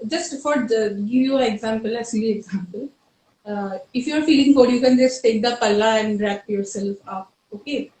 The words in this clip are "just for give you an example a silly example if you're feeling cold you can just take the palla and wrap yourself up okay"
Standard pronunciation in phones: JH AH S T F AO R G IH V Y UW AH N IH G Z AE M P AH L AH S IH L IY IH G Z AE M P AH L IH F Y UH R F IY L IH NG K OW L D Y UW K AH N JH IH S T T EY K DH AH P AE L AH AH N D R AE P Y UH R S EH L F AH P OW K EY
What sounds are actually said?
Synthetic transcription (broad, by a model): JH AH S T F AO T G IH V Y UW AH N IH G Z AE M P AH L AH S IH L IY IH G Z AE M P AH L IH F Y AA R F IY L IH NG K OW D Y UW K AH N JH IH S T T EY K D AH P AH L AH AH N D R AE P Y UH R S EH L F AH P OW K EY